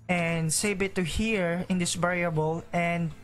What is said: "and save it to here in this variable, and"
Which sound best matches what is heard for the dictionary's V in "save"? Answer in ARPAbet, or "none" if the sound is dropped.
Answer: B